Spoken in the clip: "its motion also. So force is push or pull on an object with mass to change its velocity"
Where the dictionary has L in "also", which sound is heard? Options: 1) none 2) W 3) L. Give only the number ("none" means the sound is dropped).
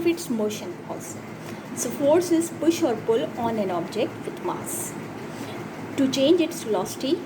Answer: 1